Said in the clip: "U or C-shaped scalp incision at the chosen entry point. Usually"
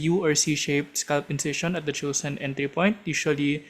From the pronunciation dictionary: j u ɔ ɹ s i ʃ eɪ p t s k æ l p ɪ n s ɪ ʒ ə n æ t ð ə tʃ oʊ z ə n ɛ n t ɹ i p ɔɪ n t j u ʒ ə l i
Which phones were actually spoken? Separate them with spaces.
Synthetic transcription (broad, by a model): j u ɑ ɹ s i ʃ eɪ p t s k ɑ l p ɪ n s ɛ ʃ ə n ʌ t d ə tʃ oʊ s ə n ɛ n t ɹ i p ɔɪ n t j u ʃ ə l i